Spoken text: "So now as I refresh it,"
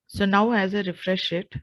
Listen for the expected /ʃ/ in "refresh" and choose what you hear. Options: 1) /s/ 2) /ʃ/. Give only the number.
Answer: 2